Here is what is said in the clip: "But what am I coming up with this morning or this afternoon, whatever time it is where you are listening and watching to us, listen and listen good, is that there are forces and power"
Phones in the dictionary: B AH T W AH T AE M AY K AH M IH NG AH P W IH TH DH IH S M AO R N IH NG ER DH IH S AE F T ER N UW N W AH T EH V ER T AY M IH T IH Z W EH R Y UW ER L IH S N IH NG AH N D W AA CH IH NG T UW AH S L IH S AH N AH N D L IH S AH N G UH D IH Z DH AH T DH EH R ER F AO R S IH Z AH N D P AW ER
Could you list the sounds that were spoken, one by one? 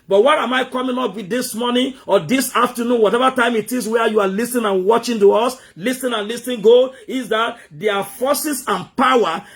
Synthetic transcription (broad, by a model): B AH T W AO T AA M AY K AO M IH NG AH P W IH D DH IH S M AO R N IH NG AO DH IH S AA F T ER N UW N W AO T EH V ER T AY M IH T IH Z W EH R Y UW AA L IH S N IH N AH N W AA CH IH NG T UW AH S L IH S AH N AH N L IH S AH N G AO IH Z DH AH T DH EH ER F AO S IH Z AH N P AW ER